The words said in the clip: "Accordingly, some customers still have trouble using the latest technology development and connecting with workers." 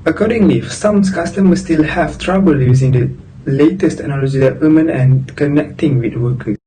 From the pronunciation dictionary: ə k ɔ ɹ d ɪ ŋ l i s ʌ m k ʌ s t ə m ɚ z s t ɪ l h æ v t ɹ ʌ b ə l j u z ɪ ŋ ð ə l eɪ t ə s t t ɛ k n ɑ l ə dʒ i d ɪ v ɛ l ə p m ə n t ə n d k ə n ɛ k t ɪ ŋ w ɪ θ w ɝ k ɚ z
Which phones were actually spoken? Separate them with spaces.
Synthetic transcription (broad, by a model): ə k ɔ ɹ d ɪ ŋ l i s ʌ m k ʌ s t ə m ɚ s t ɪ l h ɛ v t ɹ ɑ b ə l j u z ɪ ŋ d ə l eɪ t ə s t t ɛ k n ɑ l ə dʒ i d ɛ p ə m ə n ə n k ə n ɛ k t ɪ ŋ w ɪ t w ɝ k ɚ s